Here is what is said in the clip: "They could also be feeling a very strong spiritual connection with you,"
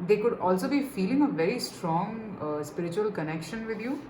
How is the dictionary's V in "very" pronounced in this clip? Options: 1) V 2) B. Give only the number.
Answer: 1